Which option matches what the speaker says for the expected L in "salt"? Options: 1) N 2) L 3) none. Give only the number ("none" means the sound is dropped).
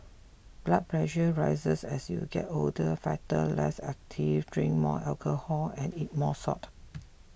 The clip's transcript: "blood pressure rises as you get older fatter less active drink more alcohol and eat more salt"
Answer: 3